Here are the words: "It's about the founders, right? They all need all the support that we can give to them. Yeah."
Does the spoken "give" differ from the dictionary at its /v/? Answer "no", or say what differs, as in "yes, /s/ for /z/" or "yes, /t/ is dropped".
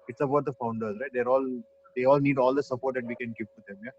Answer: yes, /p/ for /v/